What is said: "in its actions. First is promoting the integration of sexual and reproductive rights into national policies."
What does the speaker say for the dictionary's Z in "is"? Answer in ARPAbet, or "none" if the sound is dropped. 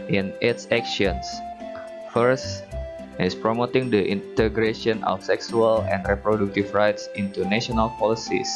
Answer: S